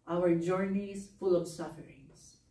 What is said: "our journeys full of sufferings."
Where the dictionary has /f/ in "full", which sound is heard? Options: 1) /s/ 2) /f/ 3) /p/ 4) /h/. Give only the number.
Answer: 2